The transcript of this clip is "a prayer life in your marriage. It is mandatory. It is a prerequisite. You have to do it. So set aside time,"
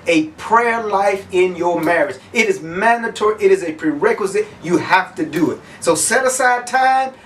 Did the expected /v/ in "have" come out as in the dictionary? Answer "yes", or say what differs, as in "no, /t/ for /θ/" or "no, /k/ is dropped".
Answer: no, /f/ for /v/